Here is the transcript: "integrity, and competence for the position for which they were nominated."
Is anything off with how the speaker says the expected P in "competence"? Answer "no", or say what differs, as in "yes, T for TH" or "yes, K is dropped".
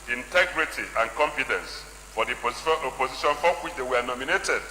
yes, F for P